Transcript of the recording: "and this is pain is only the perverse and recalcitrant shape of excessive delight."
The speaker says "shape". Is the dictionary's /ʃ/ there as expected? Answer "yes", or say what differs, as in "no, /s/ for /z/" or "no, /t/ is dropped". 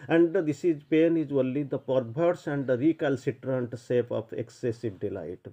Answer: no, /s/ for /ʃ/